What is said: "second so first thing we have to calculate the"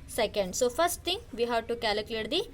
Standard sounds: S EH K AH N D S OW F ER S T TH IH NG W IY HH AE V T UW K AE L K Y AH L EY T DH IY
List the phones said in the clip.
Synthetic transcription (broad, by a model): S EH K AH N D S OW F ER S T T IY NG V IY HH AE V T UW K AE L K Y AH L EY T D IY